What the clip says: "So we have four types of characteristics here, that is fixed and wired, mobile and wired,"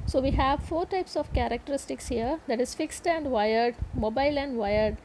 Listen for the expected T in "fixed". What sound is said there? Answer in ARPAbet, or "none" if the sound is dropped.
T